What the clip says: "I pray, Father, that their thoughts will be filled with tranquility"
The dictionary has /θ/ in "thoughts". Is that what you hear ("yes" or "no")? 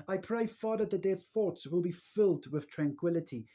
yes